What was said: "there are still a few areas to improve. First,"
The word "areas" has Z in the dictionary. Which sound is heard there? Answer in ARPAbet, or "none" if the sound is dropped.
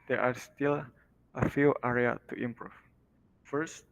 none